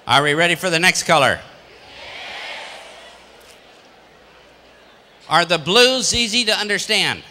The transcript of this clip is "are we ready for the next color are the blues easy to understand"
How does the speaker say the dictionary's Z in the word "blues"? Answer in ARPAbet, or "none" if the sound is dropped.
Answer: Z